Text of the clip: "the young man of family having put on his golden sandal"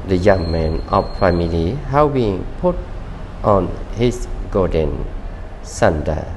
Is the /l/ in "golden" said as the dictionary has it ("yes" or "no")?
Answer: no